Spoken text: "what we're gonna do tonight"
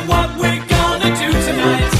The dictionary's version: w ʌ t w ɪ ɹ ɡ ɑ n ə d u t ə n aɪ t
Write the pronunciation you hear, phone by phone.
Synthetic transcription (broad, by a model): w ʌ t w ɪ ɹ ɡ ɑ n ə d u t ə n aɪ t